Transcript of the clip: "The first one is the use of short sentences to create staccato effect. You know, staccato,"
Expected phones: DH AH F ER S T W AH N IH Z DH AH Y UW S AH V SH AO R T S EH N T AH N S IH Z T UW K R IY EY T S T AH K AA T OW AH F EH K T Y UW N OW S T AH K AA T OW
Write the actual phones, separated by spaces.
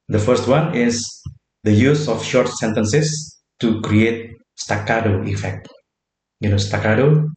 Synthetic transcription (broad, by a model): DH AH F ER S T W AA N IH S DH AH Y UW S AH F SH AO R T S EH N T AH N S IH S T UW K R IY EY T S T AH K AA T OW AH F EH K T Y UW N OW S T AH K AA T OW